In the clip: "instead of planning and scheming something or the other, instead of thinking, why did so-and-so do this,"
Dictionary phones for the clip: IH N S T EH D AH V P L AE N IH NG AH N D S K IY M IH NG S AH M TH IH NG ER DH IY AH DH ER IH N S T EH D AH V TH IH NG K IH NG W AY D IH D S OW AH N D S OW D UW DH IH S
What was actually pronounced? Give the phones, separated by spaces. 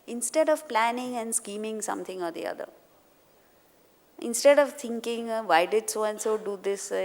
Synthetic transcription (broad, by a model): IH N S T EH D AH V P L AE N IH NG AH N D S K IY M IH NG S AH M T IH NG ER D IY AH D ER IH N S T EH D AH V T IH NG K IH NG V AY D IH D S OW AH N S OW D UW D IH S